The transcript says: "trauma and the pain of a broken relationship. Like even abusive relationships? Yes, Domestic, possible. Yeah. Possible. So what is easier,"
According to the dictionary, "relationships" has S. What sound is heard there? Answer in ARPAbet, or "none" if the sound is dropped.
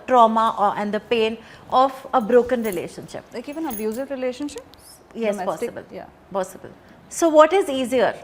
none